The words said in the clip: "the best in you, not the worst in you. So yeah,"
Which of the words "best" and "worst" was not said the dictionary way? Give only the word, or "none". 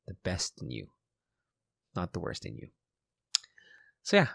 none